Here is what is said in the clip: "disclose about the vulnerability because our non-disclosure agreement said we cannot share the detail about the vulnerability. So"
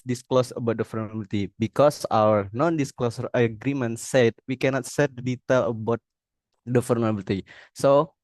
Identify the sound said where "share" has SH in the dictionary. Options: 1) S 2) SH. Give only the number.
1